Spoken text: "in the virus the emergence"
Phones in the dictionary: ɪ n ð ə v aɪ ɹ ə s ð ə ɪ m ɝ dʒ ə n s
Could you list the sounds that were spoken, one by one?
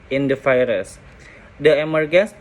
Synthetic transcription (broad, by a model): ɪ n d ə f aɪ ɹ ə s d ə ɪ m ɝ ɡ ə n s